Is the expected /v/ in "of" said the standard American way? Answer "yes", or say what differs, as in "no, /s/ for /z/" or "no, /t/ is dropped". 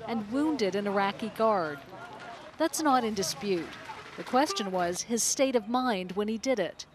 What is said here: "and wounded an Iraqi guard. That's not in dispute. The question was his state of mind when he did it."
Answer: yes